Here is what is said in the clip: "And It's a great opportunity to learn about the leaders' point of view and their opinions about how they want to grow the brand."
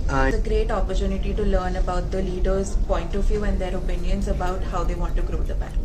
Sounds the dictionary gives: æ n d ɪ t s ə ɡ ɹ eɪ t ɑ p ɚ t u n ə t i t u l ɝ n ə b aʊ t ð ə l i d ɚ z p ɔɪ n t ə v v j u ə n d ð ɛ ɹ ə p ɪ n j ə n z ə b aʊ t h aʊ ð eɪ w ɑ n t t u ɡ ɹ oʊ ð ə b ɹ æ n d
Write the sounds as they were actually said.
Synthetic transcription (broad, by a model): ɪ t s ə ɡ ɹ eɪ t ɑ p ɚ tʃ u n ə t i t u l ɝ n ə b aʊ t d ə l i d ɚ z p ɔɪ n t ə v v j u ə n d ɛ ɹ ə p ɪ n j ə n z ə b aʊ t h aʊ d eɪ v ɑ n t t u ɡ ɹ oʊ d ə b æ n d